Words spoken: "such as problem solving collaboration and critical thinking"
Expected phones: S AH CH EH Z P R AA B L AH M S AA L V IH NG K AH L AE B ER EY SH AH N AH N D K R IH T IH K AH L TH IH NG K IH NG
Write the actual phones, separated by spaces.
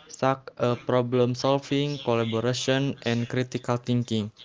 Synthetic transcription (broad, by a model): S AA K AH P R AA B L AH M S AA L F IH NG K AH L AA B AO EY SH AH N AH N K R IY T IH K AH L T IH NG K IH NG